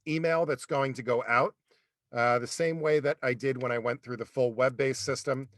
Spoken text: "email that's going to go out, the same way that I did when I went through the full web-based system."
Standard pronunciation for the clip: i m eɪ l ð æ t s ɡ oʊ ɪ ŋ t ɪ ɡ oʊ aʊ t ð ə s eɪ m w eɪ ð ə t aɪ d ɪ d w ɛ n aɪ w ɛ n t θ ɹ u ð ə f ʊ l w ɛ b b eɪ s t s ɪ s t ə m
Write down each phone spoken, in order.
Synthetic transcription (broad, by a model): i m eɪ l ð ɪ t s ɡ oʊ ɪ ŋ t ɪ ɡ oʊ aʊ t ð ə s eɪ m w eɪ ð ə t aɪ d ɪ d w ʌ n aɪ w ɛ n θ ɹ u ð ə f ʊ l w ɛ b b eɪ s s ɪ s t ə m